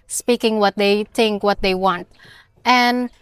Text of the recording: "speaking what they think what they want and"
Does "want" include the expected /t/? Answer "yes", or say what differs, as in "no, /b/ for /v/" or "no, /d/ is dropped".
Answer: yes